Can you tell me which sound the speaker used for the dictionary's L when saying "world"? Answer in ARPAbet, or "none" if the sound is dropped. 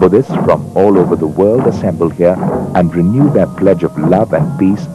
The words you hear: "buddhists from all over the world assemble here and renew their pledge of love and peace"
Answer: L